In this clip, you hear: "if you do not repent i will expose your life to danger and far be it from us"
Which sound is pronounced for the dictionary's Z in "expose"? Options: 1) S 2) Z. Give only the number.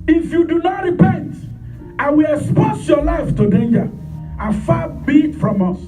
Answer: 1